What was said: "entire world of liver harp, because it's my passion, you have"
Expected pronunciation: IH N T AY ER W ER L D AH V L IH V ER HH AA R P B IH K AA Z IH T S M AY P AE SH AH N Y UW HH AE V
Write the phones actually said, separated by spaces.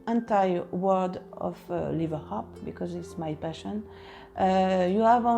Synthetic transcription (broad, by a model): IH N T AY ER W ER D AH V L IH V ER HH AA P B IH K AA Z IH T S M AY P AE SH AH N Y UW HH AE V